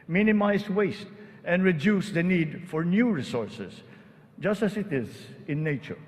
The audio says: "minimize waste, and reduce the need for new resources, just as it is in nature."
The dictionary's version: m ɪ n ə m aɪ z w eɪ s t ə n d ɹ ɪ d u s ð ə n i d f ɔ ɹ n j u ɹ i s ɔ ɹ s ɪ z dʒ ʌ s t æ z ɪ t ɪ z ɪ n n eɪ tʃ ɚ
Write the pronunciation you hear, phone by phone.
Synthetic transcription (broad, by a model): m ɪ n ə m aɪ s w eɪ s t ə n d ɹ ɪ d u s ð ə n i d f ɔ ɹ n j u ɹ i s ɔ ɹ s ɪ s dʒ ʌ s t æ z ɪ t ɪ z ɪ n n eɪ tʃ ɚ